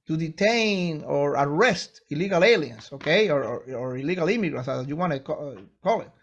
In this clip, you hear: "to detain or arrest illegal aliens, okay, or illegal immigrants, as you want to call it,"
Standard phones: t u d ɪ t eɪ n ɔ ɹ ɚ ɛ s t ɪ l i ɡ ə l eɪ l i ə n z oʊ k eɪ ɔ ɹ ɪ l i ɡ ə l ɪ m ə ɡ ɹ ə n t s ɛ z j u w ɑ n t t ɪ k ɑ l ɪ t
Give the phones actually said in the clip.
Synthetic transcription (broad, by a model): t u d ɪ t eɪ n ɔ ɹ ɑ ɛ s t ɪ l i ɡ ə l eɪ l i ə n s oʊ k eɪ ɔ ɹ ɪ l i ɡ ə l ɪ m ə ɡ ɹ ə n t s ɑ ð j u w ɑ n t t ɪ k ɑ l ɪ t